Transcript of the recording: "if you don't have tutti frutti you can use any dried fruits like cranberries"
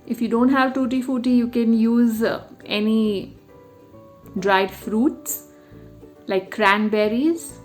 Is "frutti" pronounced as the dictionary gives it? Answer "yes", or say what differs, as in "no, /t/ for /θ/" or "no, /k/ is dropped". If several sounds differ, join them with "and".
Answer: no, /ɹ/ is dropped